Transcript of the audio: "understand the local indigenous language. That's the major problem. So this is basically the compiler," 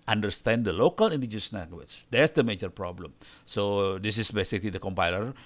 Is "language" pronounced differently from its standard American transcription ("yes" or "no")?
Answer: yes